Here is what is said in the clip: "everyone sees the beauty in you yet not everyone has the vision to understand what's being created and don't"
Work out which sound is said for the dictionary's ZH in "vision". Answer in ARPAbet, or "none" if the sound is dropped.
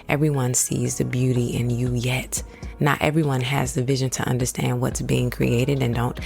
ZH